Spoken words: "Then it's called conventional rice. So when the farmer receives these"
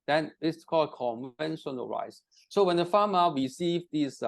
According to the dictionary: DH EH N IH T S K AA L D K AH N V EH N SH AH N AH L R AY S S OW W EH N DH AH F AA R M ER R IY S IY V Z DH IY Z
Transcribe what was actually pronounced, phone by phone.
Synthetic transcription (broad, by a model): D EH N IH T S K AA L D K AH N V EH N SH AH N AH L R AY S S OW W EH N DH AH F AA M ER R IY S IY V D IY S